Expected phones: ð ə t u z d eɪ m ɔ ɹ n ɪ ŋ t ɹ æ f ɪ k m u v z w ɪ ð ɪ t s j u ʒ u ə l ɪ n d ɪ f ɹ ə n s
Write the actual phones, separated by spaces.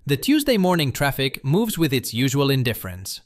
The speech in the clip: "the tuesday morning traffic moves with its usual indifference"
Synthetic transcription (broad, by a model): ð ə t u z d eɪ m ɔ ɹ n ɪ ŋ t ɹ æ f ɪ k m u v z w ɪ ð ɪ t s j u ʒ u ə l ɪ n d ɪ f ɹ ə n s